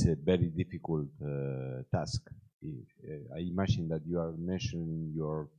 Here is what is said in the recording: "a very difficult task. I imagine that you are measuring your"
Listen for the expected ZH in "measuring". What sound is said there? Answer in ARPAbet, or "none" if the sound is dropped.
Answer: SH